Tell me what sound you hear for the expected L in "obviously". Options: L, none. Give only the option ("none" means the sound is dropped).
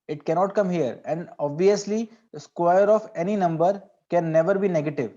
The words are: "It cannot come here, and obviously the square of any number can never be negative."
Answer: L